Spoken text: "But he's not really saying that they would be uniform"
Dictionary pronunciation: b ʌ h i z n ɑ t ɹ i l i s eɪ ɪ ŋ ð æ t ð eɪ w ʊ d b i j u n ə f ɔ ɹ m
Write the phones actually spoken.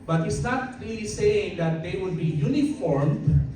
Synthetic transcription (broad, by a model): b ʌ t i s n ɑ t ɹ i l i s eɪ ɪ ŋ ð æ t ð eɪ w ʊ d b i j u n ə f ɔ ɹ m